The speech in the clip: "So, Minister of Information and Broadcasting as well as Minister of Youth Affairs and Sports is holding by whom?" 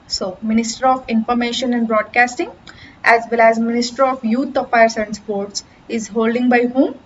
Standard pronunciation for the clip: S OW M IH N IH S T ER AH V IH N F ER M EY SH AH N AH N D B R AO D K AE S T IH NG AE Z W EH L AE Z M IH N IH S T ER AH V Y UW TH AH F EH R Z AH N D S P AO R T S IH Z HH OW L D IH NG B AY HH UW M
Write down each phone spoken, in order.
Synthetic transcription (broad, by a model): S OW M IH N IH S T ER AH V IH N F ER M EY SH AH N AH N D B R AO D K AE S T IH NG AE Z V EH L AE Z M IH N IH S T ER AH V Y UW T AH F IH R S AH N D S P AO R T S IH Z HH OW L D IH NG B AY HH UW M